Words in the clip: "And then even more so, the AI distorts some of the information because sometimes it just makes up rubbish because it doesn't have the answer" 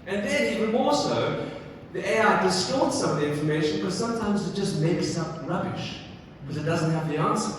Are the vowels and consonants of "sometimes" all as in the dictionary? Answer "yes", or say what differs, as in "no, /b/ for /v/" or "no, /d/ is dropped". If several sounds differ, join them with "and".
yes